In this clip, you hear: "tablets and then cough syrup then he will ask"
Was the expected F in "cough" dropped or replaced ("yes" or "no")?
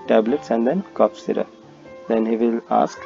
yes